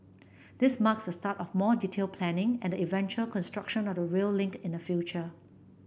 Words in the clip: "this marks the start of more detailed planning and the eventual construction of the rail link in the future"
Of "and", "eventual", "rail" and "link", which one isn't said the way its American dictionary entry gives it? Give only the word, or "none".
none